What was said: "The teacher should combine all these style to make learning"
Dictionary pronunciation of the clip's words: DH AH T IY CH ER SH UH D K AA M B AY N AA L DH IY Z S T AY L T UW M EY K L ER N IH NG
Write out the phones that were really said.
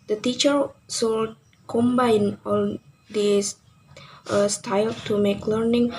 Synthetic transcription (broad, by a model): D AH T IY CH ER S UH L K AA M B AY N AA L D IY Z S T AY L T UW M EY K L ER N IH NG